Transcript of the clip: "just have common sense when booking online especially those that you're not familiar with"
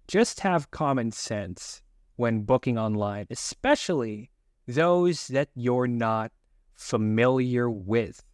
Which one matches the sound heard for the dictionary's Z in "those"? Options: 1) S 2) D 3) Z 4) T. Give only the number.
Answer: 3